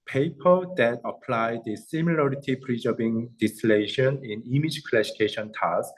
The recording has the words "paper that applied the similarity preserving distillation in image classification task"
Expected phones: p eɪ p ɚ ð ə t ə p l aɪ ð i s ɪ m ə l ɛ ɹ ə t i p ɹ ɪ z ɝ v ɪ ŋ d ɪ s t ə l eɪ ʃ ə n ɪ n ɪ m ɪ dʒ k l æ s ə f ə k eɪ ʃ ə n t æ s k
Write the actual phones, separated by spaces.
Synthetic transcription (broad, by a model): p eɪ p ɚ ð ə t ə p l aɪ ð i s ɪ m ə l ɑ ɹ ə t i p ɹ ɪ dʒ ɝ b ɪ ŋ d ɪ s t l eɪ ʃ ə n ɪ n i m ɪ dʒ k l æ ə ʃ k eɪ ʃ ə n t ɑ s